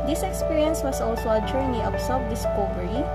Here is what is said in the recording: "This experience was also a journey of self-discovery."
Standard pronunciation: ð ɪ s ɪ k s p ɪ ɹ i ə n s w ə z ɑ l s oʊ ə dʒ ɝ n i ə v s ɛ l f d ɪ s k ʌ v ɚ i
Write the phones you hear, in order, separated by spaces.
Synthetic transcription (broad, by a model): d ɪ s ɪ k s p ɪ ɹ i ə n s w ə s ɑ l s oʊ ə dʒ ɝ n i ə p s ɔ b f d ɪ s k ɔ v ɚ i